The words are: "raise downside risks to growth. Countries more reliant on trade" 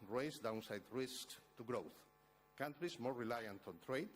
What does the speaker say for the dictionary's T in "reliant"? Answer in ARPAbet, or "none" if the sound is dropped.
T